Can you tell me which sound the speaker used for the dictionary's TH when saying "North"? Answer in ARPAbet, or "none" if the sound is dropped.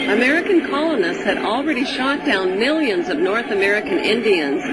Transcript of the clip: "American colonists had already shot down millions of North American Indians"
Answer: TH